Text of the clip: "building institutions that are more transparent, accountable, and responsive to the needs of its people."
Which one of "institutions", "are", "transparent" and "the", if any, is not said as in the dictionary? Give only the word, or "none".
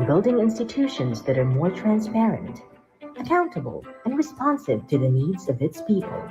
none